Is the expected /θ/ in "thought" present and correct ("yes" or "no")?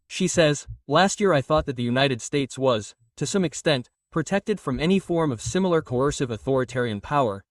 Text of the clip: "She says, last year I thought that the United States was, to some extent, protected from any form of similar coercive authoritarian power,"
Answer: yes